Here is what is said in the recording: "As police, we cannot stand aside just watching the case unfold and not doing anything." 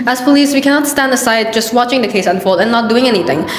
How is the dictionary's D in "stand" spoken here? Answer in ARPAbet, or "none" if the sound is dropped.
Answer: D